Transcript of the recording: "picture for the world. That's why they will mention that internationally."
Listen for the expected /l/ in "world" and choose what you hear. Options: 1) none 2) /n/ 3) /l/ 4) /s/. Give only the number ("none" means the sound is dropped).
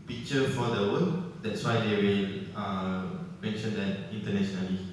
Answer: 2